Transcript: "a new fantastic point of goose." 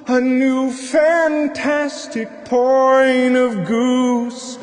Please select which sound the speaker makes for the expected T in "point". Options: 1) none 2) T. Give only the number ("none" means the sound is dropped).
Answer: 1